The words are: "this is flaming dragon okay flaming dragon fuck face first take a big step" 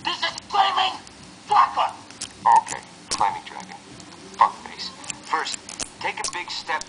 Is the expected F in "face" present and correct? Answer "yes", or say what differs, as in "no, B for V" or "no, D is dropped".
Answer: no, P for F